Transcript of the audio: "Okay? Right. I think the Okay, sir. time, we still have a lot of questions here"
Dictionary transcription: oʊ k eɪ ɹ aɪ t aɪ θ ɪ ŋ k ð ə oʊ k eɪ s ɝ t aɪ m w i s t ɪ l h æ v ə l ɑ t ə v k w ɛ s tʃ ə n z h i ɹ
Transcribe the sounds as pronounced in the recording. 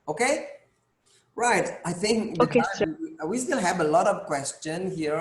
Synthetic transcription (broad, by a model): oʊ k eɪ ɹ aɪ t aɪ θ ɪ ŋ k oʊ k eɪ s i w i s t ɪ l h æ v ə l ɑ t ə v k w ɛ s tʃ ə n h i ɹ